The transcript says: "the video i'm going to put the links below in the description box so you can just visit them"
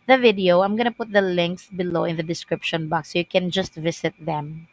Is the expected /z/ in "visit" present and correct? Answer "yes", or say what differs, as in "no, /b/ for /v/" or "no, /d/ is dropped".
no, /s/ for /z/